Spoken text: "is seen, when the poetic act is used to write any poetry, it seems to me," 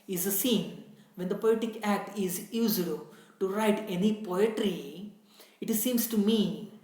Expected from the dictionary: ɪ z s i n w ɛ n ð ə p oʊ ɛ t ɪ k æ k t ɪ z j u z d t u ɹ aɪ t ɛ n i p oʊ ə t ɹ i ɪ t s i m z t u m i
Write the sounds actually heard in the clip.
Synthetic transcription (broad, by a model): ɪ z s i n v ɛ n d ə p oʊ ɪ t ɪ k æ k t ɪ z j u z d t u ɹ aɪ t ɛ n i p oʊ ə t ɹ i ɪ t s i m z t u m i